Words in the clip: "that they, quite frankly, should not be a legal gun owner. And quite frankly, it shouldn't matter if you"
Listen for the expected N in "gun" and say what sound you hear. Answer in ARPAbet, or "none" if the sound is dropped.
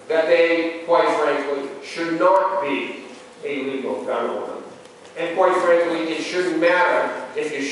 none